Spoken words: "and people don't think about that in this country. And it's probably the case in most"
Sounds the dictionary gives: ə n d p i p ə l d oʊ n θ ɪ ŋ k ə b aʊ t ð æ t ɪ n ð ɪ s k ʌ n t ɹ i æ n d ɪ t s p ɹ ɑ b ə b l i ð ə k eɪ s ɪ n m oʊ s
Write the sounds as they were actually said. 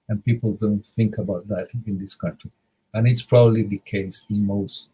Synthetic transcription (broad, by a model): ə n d p i p ə l d oʊ n θ ɪ ŋ k ə b aʊ t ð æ t ɪ n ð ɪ s k ʌ n t ɹ i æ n ɪ t s p ɹ ɑ b ə b l i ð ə k eɪ s ɪ n m oʊ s